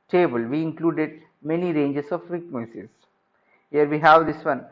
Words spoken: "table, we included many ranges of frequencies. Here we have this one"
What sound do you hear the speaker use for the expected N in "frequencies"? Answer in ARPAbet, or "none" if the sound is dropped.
none